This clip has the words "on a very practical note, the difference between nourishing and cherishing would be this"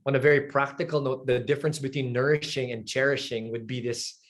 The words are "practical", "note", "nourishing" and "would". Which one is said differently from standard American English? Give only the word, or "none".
none